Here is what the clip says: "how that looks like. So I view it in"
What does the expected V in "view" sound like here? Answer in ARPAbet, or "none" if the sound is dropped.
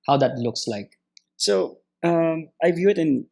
V